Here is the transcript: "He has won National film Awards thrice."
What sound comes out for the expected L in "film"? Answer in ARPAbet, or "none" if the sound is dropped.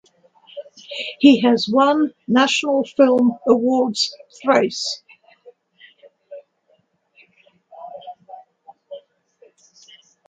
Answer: L